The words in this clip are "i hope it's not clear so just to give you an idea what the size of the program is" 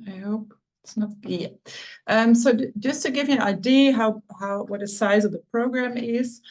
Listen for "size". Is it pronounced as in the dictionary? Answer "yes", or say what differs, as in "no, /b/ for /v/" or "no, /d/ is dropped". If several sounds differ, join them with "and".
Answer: yes